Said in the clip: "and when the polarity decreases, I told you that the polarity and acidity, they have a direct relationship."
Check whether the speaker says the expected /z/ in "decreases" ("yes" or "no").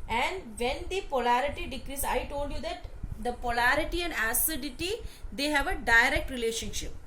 no